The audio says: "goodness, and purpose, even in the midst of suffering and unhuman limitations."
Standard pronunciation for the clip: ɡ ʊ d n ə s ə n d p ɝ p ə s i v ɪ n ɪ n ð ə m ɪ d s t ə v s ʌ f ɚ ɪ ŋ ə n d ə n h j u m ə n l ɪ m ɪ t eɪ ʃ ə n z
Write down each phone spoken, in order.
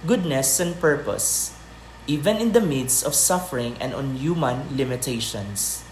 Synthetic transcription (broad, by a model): ɡ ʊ d n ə s ə n d p ɝ p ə s i v ɪ n ɪ n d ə m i d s ə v s ʌ f ɚ ɪ ŋ ə n d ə n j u m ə n l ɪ m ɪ t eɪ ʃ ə n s